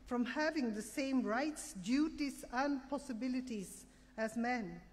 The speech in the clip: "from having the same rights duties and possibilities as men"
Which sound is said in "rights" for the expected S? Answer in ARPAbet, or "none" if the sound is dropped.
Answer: S